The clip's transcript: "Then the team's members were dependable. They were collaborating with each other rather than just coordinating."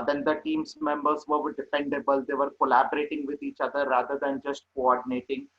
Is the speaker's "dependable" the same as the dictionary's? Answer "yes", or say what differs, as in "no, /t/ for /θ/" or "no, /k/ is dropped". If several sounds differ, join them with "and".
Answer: no, /f/ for /p/